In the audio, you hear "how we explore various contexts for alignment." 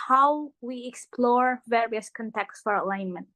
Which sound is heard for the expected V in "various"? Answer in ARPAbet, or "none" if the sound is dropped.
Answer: V